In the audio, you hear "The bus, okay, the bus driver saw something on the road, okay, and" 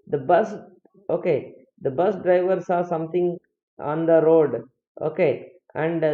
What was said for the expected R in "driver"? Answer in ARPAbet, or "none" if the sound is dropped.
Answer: R